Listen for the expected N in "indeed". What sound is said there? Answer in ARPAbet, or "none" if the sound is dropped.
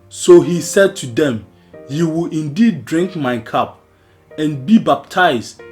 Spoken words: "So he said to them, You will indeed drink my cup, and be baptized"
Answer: N